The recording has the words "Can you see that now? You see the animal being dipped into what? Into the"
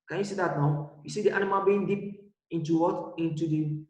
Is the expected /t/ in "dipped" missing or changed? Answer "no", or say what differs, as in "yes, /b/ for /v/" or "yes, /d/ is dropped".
yes, /t/ is dropped